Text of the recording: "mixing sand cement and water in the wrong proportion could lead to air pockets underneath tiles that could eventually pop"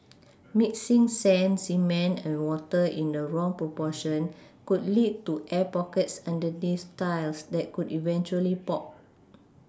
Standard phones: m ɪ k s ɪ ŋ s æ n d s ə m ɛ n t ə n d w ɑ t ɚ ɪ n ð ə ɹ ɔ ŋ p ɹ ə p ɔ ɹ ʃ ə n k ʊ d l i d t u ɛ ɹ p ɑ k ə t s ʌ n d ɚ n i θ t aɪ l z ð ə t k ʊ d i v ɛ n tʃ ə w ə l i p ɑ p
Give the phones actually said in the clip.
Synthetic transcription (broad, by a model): m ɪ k s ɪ ŋ s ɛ n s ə m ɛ n ə n w ɑ t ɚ ɪ n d ə ɹ ɔ ŋ p ɹ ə p ɔ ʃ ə n k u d l i d t u ɛ p ɑ k ə t s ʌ n d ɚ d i s t aɪ l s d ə t k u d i v ɛ n tʃ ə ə l i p ɑ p